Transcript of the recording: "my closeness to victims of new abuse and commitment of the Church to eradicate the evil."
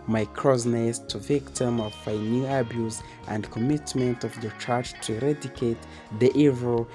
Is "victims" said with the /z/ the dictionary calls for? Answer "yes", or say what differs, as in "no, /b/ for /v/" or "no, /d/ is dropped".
no, /z/ is dropped